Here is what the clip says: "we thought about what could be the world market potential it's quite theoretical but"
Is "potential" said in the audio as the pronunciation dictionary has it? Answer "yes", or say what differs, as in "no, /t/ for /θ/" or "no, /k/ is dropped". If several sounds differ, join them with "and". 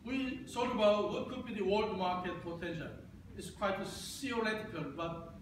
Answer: no, /f/ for /p/